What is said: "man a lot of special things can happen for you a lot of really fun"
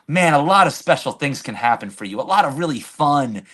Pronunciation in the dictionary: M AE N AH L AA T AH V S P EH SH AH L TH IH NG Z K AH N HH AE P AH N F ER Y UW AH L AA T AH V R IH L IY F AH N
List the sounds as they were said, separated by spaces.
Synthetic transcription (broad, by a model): M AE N AH L AA T AH V S P EH SH L TH IH NG Z K AH N HH AE P AH N F ER Y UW AH L AA T AH V R IH L IY F AH N